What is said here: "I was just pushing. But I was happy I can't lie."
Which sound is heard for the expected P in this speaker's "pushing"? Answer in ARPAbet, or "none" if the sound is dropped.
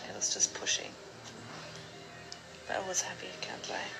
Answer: P